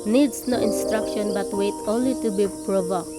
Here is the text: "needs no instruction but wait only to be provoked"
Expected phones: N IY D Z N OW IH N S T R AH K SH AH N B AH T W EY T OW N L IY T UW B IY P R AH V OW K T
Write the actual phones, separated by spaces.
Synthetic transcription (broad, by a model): N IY D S N OW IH N S T R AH K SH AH N B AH T W EY T OW N L IY T UW B IY P R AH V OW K